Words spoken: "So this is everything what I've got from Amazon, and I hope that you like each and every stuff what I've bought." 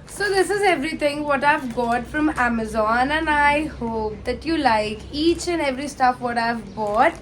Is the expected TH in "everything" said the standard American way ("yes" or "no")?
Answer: no